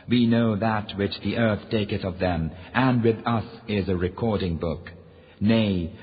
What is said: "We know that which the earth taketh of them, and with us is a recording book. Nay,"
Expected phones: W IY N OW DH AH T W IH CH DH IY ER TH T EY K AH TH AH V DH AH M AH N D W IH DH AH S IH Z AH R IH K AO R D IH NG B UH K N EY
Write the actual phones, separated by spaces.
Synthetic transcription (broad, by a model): W IY N OW DH AH T W IH CH DH IY ER TH T EY K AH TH AH V DH AH M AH N W IH DH AH S IH Z AH R IH K AO R D IH NG B UH K N EY